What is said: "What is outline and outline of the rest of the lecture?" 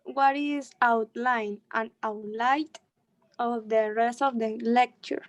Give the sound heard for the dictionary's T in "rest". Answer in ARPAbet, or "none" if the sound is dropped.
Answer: T